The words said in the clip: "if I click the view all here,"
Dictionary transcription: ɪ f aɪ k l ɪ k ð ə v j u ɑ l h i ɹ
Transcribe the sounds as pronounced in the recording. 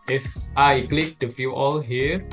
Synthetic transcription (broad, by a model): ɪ f aɪ k l ɪ k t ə f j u ɑ l h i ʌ